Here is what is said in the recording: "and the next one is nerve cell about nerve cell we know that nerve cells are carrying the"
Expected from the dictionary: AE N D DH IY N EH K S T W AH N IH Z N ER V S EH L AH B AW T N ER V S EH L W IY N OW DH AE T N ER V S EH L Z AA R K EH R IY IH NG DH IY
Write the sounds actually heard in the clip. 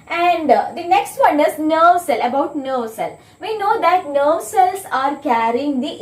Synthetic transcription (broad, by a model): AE N D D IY N EH K S T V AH N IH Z N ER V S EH L AH B AW T N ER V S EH L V IY N OW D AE T N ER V S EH L S AA R K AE R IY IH NG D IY